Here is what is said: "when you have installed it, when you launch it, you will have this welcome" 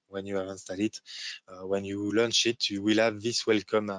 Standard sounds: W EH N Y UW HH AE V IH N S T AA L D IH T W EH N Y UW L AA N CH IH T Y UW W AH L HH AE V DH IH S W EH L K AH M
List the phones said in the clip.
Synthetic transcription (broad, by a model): W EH N Y UW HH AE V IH N S T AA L IH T W EH N Y UW L AA N CH IH T Y UW W AH L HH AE V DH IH S W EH L K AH M